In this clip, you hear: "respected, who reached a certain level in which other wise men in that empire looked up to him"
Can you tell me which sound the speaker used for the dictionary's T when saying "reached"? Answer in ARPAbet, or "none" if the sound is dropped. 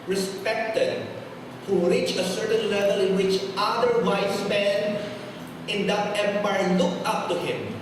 none